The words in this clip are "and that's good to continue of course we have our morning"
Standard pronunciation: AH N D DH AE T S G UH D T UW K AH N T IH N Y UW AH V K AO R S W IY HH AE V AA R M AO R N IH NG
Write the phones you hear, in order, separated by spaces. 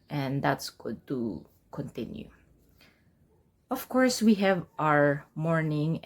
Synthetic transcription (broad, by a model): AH N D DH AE T S G UH D T UW K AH N T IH N Y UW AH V K AO R S W IY HH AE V AA R M AO R N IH NG